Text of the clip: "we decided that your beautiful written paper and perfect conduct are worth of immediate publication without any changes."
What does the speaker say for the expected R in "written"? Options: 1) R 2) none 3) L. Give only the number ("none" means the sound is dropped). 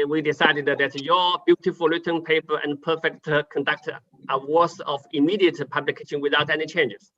3